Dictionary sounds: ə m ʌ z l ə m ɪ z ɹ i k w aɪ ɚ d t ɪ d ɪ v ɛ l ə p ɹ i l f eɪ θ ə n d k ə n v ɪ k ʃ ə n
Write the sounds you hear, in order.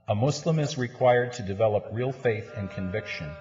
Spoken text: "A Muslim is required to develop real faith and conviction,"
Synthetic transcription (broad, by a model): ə m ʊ s l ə m ɪ z ɹ i k w aɪ ɚ d t ɪ d ɪ v ɛ l ə p ɹ i l f eɪ θ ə n k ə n v ɪ k ʃ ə n